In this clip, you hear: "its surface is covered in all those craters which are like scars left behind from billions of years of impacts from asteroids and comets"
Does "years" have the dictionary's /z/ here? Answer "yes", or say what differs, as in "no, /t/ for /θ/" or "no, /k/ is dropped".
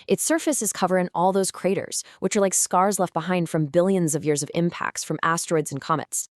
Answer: yes